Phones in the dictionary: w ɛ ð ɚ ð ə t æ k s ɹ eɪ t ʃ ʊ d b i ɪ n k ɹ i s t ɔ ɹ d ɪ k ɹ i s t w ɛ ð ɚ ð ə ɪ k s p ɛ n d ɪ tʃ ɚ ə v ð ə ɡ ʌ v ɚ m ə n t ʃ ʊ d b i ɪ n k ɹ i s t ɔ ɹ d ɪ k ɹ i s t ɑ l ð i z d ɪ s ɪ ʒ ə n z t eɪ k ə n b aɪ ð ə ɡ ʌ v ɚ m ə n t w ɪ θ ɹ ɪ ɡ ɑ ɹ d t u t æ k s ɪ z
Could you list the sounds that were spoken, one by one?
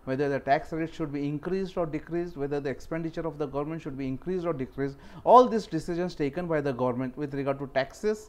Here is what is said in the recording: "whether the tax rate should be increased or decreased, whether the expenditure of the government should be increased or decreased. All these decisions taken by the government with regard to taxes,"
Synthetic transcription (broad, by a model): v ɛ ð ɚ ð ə t æ k s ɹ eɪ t ʃ ʊ d b i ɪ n k ɹ i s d ɔ ɹ d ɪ k ɹ i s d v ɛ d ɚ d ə ɪ k s p ɛ n d ɪ tʃ ɚ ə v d ə ɡ ʌ v ɚ m ə n t ʃ ʊ d b i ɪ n k ɹ i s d ɔ ɹ d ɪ k ɹ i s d ɑ l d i s d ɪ s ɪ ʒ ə n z t eɪ k ə n b aɪ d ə ɡ ʌ v ɚ m ə n t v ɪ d ɹ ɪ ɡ ɑ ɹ d t u t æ k s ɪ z